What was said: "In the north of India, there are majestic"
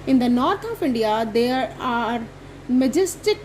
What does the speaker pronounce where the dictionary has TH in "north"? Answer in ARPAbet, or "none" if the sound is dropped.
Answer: T